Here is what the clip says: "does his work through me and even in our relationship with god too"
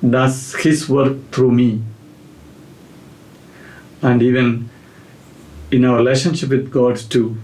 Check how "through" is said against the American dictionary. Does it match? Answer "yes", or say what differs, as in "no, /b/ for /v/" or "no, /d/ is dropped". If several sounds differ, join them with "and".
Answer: no, /t/ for /θ/